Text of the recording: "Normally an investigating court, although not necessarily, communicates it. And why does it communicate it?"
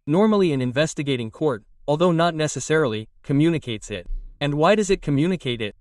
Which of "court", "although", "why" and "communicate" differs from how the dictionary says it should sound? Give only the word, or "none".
none